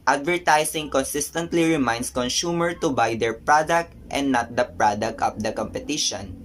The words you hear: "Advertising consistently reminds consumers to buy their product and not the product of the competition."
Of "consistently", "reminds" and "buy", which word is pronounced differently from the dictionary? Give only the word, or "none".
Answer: reminds